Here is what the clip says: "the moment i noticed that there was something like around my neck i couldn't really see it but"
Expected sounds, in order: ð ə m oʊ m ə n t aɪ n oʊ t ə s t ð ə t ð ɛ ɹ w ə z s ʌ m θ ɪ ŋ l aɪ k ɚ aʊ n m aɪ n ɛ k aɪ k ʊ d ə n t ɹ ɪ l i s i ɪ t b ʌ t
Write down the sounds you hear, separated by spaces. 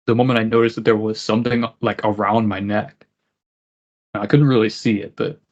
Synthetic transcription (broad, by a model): ð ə m oʊ m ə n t aɪ n oʊ t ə s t ð ə t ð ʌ ɹ w ə z s ʌ m θ ɪ ŋ l aɪ k ɚ aʊ n m aɪ n ɛ k aɪ k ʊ d n t ɹ ɪ l i s i ɪ t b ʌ t